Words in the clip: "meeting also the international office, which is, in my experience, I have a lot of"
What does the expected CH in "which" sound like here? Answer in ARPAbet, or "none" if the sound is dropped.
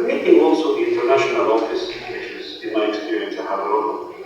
SH